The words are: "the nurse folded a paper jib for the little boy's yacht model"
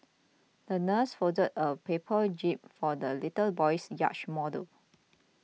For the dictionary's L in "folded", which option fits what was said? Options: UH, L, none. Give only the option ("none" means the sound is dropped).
none